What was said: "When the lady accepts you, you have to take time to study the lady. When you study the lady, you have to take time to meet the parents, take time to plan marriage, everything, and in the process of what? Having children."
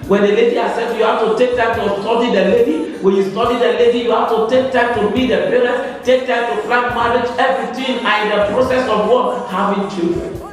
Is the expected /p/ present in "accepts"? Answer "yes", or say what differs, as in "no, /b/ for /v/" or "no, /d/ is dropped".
no, /p/ is dropped